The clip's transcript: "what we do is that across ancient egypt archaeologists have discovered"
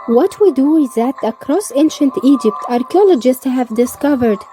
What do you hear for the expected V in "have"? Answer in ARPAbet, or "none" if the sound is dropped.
V